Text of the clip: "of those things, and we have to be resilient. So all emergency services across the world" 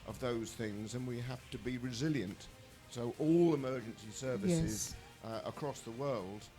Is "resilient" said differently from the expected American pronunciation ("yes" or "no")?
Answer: no